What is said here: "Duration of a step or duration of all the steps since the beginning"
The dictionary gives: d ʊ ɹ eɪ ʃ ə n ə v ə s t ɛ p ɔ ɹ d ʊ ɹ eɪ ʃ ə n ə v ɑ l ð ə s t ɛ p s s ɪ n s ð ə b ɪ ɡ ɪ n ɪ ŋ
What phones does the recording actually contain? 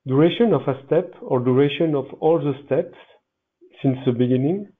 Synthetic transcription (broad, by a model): d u ɹ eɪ ʃ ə n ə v ə s t ɛ p ɔ ɹ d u ɹ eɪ ʃ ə n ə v ɑ l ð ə s t ɛ p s s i n s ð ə b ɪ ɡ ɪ n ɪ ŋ